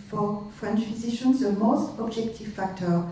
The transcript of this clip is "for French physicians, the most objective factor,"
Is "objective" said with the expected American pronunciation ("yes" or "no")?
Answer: yes